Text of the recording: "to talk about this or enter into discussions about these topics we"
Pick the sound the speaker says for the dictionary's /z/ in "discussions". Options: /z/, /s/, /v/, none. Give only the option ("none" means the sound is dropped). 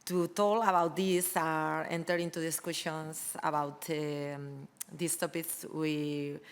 /s/